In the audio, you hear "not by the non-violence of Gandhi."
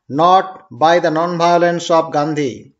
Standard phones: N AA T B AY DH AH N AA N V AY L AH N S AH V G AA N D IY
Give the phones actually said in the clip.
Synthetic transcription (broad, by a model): N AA T B AY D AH N AA N B AY L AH N S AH P G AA N D IY